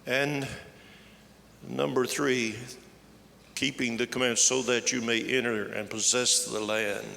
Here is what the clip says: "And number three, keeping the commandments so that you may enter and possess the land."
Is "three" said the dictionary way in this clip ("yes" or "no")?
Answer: yes